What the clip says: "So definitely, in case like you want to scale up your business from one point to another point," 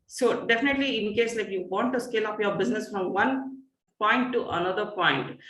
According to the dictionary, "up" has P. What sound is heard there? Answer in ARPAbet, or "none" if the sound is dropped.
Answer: F